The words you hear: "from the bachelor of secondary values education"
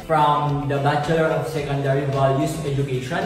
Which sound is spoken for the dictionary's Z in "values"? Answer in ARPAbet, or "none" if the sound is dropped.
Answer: S